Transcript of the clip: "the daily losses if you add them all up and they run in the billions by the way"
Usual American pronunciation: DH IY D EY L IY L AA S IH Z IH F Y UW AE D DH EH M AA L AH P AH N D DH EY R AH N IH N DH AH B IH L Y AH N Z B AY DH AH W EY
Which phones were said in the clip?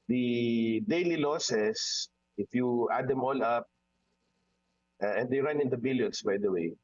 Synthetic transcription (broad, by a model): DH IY D EY L IY L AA S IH S IH F Y UW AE D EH M AA L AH P AH N D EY R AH N IH N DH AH B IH L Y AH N S B AY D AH W EY